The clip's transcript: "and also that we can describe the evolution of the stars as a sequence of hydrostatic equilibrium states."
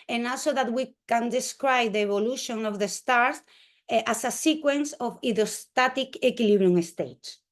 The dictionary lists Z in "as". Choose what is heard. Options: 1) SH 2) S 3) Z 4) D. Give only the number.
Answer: 2